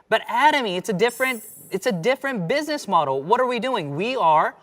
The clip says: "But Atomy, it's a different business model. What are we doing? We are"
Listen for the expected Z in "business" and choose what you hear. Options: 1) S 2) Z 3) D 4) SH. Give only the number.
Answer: 2